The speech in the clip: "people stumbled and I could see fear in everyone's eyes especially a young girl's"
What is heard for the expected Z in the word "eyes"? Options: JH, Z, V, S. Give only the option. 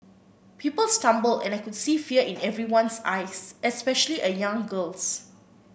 S